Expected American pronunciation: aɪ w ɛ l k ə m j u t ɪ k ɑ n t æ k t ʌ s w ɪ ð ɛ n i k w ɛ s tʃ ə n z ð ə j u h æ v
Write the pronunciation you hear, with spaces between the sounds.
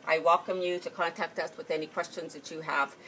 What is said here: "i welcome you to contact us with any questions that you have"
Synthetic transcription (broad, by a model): aɪ w ɛ l k ə m j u t ɪ k ɑ n t æ k t ʌ s w ɪ ð ɛ n i k w ɛ s tʃ ə n z ð ə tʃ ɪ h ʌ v